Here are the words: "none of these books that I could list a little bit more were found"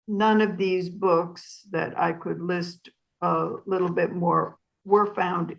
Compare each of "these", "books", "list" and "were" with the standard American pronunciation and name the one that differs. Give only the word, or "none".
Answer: none